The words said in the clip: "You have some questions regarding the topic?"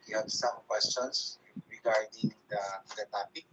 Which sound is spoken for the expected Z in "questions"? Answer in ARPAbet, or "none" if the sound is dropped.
S